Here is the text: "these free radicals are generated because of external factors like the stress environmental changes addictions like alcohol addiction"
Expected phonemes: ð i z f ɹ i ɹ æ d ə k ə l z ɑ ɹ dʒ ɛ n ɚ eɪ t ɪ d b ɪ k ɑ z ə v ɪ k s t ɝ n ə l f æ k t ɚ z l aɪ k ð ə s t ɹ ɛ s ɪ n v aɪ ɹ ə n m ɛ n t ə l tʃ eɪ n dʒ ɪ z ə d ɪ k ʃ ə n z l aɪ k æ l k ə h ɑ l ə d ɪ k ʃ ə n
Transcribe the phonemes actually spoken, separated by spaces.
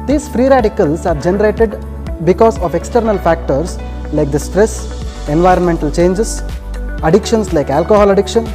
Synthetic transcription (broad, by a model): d i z f ɹ i ɹ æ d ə k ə l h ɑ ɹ dʒ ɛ n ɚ eɪ t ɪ d b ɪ k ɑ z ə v ɪ k s t ɝ n ə l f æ k t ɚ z l aɪ k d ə s t ɹ ɛ s ɪ n v aɪ ɹ ə n m ɛ n t ə l tʃ eɪ n dʒ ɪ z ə d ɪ k ʃ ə n s l aɪ k æ l k ə h ɑ l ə d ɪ k ʃ ə n